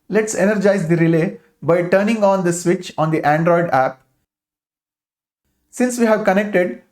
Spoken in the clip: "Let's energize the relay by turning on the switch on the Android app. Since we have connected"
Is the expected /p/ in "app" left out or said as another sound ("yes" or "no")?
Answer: no